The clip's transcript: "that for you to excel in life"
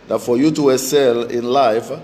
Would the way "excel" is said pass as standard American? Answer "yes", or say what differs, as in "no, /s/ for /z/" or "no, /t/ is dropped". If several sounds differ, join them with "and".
no, /k/ is dropped